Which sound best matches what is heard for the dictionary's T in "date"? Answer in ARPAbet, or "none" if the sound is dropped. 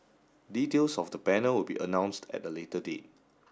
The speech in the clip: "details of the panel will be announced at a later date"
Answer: T